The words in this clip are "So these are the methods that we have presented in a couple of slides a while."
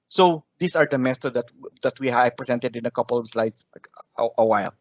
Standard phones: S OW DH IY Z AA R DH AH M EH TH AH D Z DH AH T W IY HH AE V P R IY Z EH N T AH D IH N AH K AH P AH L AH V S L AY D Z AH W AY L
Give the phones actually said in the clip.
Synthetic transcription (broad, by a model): S OW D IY S AA R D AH M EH S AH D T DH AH T W IY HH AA P R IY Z EH N T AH D IH N AH K AH P AH L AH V S L AY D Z AH W AY L